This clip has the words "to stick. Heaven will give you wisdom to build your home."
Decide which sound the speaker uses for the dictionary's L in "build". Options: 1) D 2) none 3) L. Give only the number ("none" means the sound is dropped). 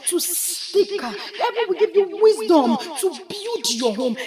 2